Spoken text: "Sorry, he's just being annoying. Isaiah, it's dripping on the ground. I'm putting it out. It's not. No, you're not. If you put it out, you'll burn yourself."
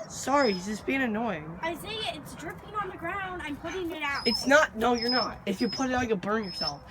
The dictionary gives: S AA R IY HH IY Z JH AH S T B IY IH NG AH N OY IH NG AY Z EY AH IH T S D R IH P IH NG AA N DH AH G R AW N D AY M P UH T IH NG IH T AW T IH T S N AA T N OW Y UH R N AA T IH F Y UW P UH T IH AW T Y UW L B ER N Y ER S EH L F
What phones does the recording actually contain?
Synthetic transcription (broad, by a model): S AA R IY HH IY Z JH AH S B IY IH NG AH N OY IH NG AY S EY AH IH T S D R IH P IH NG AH N DH AH G R AW N D AY M P UH T IH NG IH T AW T IH T S N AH T N OW Y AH R N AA T IH F Y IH P UH T IH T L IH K B ER N Y ER S EH L F